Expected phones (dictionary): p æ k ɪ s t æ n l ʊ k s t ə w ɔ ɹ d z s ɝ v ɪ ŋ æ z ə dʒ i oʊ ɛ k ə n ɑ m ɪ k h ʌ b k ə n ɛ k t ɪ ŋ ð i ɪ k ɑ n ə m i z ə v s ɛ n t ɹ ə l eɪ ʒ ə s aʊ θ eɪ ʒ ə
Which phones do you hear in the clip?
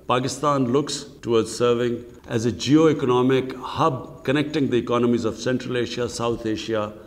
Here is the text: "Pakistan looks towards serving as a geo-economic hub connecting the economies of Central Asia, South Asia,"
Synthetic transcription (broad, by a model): p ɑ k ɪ s t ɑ n l ʊ k s t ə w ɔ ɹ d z s ɝ v ɪ ŋ æ z ə dʒ i oʊ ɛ k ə n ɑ m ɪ k h ʌ b k ə n ɛ k t ɪ ŋ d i ɪ k ɑ n ə m i z ə v s ɛ n t ɹ ə l eɪ ʃ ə s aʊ t eɪ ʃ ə